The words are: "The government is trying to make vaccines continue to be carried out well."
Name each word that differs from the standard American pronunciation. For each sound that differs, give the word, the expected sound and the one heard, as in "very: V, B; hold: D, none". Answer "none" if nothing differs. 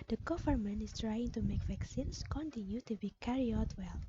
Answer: is: Z, S; vaccines: Z, S; carried: D, none